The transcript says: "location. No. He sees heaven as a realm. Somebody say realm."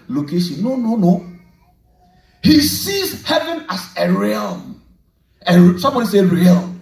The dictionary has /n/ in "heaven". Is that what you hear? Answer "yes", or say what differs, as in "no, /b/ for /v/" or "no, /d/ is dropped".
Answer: yes